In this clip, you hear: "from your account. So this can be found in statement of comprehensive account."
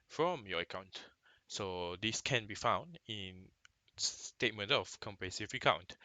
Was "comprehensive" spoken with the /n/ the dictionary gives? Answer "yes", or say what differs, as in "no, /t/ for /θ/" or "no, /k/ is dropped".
no, /n/ is dropped